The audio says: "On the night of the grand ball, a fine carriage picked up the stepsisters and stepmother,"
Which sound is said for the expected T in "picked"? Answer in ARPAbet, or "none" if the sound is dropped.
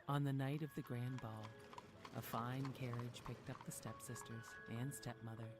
T